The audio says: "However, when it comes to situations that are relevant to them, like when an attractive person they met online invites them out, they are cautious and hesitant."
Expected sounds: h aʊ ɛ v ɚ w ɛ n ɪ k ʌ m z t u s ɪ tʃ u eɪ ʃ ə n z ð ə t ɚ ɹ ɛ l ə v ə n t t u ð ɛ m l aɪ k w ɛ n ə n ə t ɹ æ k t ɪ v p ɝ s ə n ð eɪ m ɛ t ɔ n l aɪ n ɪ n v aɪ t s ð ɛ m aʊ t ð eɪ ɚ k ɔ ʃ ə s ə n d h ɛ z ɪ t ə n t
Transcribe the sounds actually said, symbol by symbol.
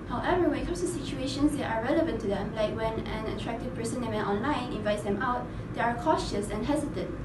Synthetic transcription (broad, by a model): h aʊ ɛ v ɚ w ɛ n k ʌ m s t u s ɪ tʃ u eɪ ʃ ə n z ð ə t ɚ ɹ ɛ l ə v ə n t t u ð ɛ m l aɪ k w ɛ n ə n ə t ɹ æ k t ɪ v p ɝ s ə n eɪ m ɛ t ɔ n l aɪ n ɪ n v aɪ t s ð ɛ m aʊ t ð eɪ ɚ k ɔ ʃ ə s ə n h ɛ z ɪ t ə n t